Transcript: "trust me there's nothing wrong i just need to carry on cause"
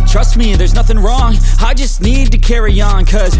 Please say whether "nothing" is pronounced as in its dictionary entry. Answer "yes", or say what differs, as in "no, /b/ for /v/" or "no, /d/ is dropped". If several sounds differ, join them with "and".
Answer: yes